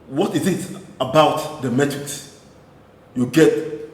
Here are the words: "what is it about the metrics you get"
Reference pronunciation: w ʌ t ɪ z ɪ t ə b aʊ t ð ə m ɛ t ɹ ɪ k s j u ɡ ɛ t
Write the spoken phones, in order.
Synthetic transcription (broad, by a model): w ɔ t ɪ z ɪ t ə b aʊ t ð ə m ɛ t ɪ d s j u ɡ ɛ t